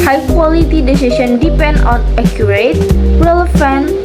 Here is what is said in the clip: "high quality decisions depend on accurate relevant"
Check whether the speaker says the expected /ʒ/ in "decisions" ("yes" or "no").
no